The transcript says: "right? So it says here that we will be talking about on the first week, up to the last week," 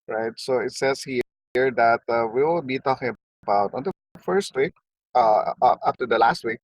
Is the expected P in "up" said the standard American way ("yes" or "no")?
no